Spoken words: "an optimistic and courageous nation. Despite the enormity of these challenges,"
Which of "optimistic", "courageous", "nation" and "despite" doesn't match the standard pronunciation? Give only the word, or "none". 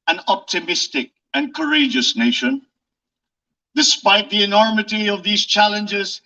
none